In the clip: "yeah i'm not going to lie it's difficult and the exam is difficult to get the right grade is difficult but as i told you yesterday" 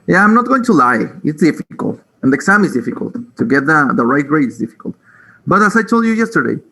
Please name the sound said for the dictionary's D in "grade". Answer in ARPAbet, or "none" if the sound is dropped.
none